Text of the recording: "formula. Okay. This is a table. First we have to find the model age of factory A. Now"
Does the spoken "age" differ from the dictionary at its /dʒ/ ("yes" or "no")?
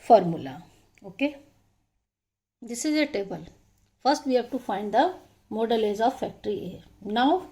yes